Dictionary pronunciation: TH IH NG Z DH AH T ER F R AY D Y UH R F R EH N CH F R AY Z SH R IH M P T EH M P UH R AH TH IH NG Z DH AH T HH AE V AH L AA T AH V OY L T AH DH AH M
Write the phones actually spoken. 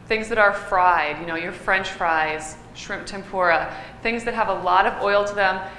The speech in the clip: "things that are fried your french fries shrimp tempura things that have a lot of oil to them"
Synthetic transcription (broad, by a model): TH IH NG Z DH AH T ER F R AY D Y UH R F R EH N CH F R AY Z SH R IH M P T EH M P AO R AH TH IH NG Z DH AH T HH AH V AH L AA T AH V OY L T AH DH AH M